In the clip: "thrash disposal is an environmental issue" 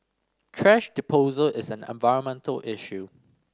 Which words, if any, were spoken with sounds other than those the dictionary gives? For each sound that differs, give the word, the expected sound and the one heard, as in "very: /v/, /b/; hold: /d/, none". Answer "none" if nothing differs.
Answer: thrash: /θ/, /t/; disposal: /s/, none